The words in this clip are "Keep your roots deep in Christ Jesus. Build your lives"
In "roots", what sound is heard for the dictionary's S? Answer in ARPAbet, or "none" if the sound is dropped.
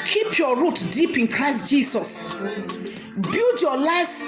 none